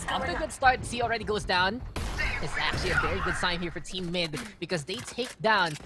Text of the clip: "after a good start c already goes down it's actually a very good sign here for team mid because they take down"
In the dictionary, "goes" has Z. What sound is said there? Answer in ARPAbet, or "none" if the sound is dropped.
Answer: Z